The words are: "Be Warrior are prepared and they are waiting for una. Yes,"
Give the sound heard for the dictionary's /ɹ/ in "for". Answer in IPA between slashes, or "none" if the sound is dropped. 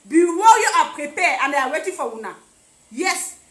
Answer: /w/